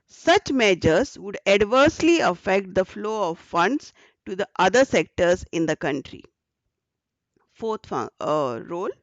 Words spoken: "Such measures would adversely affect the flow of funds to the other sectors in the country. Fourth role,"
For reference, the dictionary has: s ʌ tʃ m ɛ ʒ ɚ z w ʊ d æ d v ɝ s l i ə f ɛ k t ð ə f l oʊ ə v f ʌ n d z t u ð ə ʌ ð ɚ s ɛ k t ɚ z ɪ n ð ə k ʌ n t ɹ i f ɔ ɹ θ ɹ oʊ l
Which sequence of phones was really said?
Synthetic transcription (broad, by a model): s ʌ tʃ m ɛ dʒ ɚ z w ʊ d æ d v ɝ s l i ə f ɛ k t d ə f l oʊ ə v f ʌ n d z t u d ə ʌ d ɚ s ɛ k t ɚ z ɪ n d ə k ʌ n t ɹ i f ɔ ɹ f ɹ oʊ l